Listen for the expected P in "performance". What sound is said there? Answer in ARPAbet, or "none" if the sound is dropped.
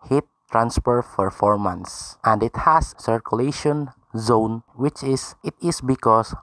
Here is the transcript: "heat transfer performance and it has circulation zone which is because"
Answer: F